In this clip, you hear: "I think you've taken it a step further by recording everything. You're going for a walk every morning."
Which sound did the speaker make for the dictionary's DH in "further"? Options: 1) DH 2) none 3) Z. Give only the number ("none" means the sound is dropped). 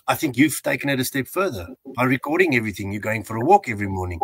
1